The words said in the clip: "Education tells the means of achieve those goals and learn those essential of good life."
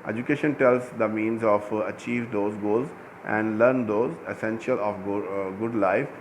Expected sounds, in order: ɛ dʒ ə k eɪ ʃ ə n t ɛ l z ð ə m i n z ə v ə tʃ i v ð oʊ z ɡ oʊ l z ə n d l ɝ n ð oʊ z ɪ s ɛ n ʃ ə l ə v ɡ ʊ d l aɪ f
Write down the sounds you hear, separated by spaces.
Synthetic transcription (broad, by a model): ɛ dʒ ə k eɪ ʃ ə n t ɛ l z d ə m i n z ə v ə tʃ i v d oʊ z ɡ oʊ l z ə n d l ɝ n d oʊ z ɪ s ɛ n ʃ ə l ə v ɡ ʊ d l aɪ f